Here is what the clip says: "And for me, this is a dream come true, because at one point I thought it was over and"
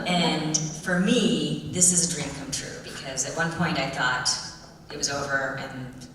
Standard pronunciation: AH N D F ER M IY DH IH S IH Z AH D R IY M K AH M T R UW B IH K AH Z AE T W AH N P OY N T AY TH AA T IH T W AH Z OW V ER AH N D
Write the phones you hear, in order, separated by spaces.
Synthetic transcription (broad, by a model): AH N F ER M IY DH IH S IH Z AH D R IY M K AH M T R UW B IH K AH Z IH T W AH N P OY N T AY TH AA T IH T W AH Z OW V ER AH N